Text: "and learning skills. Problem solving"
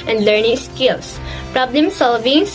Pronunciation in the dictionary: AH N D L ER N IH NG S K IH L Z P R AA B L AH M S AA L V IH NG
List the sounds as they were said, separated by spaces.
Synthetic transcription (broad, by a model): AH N D L ER N IH NG S K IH L S P R AA B L AH M S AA L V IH NG